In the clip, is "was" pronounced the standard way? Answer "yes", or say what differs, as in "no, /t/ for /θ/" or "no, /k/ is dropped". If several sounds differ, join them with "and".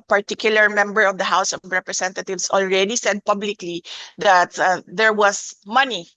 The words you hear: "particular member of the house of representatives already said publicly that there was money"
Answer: no, /s/ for /z/